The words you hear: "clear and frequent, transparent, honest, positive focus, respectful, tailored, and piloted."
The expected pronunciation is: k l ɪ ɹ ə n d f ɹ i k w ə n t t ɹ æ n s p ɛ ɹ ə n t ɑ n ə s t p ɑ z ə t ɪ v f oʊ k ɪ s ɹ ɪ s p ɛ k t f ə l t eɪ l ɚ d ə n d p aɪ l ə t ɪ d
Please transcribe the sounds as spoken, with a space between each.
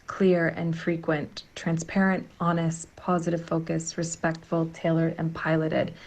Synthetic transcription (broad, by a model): k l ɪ ɹ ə n f ɹ i k w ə n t t ɹ æ n s p ɛ ɹ ə n t ɑ n ə s t p ɑ z ə t ɪ v f oʊ k ɪ s ɹ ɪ s p ɛ k t f l t eɪ l ɚ d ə n p aɪ l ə t ɪ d